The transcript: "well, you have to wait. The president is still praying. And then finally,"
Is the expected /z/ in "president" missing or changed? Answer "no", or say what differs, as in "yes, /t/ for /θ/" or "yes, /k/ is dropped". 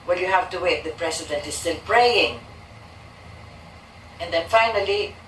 yes, /s/ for /z/